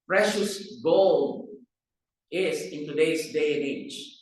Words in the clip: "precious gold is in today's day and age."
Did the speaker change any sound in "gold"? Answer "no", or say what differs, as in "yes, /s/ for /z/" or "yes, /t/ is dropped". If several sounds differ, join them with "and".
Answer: yes, /d/ is dropped